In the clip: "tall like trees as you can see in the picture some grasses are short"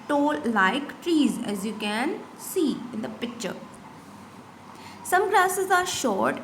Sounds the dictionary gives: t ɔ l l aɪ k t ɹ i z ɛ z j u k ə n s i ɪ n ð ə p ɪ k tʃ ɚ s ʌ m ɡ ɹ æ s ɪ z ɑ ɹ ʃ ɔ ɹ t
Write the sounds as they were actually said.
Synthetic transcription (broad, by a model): t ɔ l l aɪ k t ɹ i z ɛ z j u k ə n s i ɪ n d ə p ɪ k tʃ ɚ s ʌ m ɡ l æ s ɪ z ɑ ɹ ʃ ɔ ɹ t